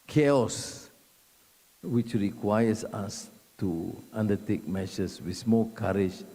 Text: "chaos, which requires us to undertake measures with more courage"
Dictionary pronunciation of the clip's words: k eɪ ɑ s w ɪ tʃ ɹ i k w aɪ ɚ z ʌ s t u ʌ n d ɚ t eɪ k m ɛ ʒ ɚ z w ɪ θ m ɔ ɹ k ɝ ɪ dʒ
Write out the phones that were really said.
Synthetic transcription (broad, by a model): k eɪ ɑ s w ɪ tʃ ɹ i k w aɪ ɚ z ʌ s t u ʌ n d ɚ t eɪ k m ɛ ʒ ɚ s w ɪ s m ɔ l k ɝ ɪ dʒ